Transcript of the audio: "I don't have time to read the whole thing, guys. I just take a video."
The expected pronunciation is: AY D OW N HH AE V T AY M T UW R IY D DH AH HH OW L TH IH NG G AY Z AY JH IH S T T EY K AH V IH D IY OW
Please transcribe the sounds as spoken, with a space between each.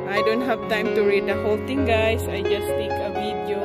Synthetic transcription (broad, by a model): AY D OW N HH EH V T AY M T UW R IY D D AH HH OW L T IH NG G AY S AY JH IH S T T EY K AH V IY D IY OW